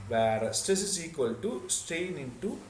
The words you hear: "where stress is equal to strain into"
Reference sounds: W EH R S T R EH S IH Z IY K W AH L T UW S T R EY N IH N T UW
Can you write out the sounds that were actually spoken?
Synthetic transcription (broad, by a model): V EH R S T R EH S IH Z IY K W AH L T UW S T EY N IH N T UW